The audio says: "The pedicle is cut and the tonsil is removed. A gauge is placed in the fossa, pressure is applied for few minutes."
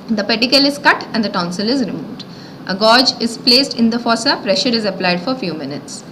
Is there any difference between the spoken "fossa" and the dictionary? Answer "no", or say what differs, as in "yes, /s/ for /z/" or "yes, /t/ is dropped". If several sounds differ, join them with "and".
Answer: no